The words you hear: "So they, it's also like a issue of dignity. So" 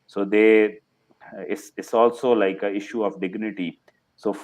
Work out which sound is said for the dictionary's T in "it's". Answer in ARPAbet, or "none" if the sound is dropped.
S